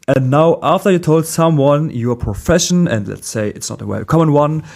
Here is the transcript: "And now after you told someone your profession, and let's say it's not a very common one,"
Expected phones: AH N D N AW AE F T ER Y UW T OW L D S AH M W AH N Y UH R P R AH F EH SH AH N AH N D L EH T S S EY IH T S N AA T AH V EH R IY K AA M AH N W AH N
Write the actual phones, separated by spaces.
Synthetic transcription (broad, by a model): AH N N AW AE F T ER Y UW T OW L D S AH M W AH N Y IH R P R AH F EH SH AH N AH N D L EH T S S EY IH T S N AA T AH W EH IY K AA M AH N W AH N